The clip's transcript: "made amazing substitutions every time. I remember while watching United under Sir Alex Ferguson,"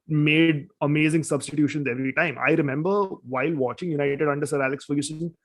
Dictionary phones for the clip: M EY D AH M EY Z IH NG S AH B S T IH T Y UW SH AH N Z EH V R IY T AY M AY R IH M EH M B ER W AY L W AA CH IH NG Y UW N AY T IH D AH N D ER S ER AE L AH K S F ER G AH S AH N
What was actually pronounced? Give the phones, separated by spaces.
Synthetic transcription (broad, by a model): M EY D AH M EY Z IH NG S AH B S T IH T Y UW SH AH N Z EH V R IY T AY M AY R IH M EH M B ER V AY L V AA CH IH NG Y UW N AY T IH D AH N D ER S ER AE L AH K S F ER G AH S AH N